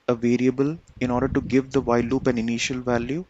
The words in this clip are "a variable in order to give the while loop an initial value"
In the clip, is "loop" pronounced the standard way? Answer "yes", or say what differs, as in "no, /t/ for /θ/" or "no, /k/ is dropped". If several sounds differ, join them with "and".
yes